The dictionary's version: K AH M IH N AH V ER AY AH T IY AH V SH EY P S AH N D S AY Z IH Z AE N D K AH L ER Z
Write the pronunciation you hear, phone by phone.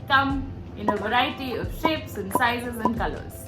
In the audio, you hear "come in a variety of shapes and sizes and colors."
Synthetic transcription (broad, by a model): K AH M IH N AH V ER AY AH T IY AH V SH EY P S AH N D S AY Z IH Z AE N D K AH L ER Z